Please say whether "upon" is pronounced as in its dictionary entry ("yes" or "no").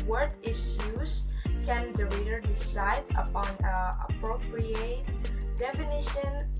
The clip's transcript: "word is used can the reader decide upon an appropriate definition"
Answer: yes